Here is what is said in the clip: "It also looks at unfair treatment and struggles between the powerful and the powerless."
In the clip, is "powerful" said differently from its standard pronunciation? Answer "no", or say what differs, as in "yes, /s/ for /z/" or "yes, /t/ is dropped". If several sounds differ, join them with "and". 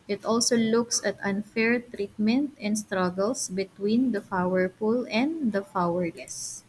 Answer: yes, /f/ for /p/ and /p/ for /f/